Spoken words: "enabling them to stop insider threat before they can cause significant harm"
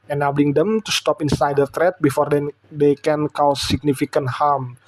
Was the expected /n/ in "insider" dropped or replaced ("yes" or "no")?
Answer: no